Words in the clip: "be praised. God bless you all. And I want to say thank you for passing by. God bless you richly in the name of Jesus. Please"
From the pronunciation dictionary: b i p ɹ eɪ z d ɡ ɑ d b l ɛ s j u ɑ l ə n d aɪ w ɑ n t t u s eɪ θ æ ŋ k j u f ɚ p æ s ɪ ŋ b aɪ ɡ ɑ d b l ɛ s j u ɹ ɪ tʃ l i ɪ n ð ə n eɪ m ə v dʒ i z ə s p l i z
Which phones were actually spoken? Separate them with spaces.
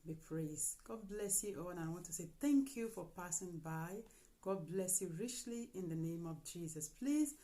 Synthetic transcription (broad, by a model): b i p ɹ eɪ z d ɡ ɑ d b l ɛ s j u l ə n aɪ w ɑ n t t u s eɪ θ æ ŋ k j u f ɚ p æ s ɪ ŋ b aɪ ɡ ɑ d b l ɛ s j u ɹ ɪ tʃ l i ɪ n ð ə n eɪ m ə v dʒ i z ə s p l i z